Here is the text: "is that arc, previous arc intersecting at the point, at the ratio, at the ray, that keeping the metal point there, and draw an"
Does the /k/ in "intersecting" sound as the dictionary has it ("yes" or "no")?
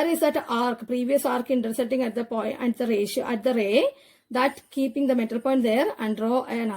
no